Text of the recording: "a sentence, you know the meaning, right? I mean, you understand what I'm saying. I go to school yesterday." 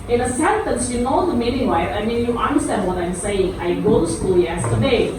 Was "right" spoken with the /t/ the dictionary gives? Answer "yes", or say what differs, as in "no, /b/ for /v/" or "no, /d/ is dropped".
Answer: no, /t/ is dropped